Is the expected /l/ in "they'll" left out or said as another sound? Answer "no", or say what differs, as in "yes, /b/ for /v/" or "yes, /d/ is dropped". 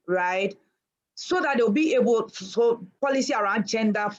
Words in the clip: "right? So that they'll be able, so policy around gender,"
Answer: yes, /w/ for /l/